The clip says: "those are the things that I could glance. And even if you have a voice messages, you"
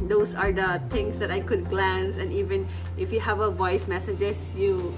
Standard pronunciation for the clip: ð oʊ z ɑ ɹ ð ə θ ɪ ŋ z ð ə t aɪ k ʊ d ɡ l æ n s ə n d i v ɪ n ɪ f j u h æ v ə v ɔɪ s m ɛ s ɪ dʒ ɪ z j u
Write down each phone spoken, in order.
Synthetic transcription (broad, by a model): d oʊ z ɑ ɹ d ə t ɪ ŋ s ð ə t aɪ k ʊ d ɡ l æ n s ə n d i v ɪ n ɪ f j u h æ v ə v ɔɪ s m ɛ s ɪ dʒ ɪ s j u